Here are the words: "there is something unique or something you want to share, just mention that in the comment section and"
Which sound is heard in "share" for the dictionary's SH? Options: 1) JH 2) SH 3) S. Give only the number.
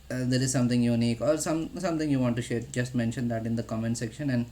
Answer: 2